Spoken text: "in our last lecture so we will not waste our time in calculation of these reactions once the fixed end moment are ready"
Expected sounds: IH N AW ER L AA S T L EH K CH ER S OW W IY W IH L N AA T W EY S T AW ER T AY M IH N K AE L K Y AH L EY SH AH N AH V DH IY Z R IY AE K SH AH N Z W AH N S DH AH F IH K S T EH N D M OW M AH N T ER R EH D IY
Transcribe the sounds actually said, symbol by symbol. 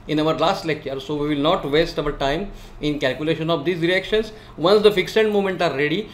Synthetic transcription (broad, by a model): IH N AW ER L AA S T L EH K CH ER S OW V IY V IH L N AA T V EY S T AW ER T AY M IH N K AE L K Y AH L EY SH AH N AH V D IY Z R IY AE K SH AH N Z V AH N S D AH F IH K S EH N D M OW M AH N T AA R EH D IY